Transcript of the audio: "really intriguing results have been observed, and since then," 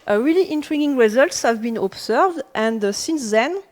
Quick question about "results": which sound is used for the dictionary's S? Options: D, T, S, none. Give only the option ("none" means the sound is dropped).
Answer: S